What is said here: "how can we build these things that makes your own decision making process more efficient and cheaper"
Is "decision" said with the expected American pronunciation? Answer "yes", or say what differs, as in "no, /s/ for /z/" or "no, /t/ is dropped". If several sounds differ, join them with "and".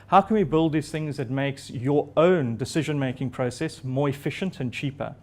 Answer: yes